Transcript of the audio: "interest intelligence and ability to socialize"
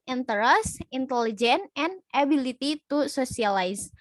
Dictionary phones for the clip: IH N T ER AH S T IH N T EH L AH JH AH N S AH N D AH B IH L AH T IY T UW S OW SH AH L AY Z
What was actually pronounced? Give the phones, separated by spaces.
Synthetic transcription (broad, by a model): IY N T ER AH S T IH N T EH L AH JH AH N AH N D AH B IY L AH T IY T UW S OW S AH L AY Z